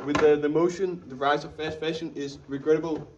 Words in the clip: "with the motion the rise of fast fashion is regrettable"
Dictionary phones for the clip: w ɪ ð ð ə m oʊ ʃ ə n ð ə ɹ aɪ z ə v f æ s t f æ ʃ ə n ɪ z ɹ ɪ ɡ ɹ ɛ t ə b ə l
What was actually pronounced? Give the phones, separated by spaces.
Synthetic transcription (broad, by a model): w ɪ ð ð ə m oʊ ʃ ə n ð ə ɹ aɪ z ə v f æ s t f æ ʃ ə n ɪ z ɹ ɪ ɡ ɹ ɛ t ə b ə l